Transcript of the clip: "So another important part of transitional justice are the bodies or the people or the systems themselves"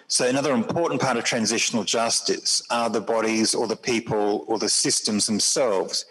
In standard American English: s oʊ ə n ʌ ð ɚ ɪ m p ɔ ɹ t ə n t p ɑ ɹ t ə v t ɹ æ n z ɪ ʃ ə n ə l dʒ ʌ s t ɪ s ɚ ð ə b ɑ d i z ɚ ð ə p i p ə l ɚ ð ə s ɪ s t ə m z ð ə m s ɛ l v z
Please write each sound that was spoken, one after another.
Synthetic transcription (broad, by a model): s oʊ ə n ʌ ð ɚ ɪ m p ɔ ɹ t n p ɑ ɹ t ə v t ɹ æ n z ɪ ʃ ə n ə l dʒ ʌ s t ɪ s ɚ ð ə b ɑ d i z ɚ ð ə p i p ə l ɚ ð ə s ɪ s t ə m z ð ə m s ɛ l v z